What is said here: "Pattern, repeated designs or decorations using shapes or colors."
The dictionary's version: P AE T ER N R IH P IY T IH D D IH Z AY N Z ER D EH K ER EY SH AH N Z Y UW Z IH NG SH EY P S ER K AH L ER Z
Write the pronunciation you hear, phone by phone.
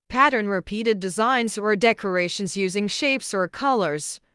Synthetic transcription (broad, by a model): P AE T ER N R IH P IY T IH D D IH Z AY N Z ER D EH K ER EY SH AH N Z Y UW Z IH NG SH EY P S ER K AH L ER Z